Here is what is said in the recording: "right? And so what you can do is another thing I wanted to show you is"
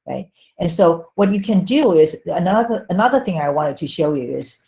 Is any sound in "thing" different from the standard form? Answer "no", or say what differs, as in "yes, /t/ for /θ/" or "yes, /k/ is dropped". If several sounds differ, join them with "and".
no